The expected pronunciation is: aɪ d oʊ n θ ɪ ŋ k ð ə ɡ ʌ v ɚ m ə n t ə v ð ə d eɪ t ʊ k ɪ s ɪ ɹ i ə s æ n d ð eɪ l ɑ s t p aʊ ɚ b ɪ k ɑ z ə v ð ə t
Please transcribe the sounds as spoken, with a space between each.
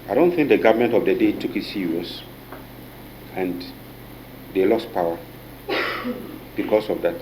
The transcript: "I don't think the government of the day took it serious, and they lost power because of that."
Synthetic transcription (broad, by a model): aɪ d oʊ n θ ɪ ŋ k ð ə ɡ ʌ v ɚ m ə n t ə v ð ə d eɪ t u k ɪ s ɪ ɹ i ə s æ n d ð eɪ l ɑ s t p aʊ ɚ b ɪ k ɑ s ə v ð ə t